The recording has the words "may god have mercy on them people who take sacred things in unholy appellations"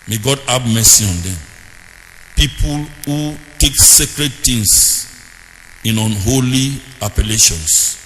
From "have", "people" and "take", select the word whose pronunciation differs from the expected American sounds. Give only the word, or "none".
have